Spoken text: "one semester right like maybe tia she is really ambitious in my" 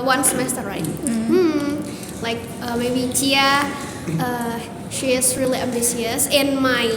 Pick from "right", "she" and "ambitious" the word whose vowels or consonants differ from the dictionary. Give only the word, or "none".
ambitious